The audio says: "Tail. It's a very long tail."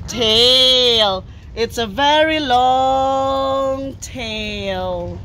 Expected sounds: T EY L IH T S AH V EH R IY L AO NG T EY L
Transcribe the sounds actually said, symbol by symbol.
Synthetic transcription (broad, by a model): T EY L IH T S AH V EH R IY L AO NG T EY L